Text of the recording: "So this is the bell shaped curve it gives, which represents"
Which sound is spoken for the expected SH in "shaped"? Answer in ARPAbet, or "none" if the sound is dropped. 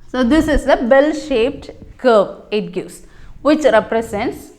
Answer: SH